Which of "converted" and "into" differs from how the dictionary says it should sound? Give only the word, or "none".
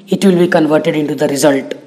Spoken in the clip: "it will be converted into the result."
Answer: none